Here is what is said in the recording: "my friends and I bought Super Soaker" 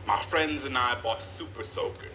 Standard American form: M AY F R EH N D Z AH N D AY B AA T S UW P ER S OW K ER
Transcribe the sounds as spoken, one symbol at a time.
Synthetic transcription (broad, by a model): M AY F R EH N D Z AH N AY B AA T S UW P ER S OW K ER